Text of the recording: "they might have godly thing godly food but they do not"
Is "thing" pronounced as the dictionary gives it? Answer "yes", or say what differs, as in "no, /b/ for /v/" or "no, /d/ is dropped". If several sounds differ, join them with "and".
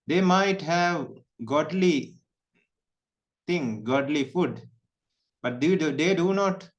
no, /t/ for /θ/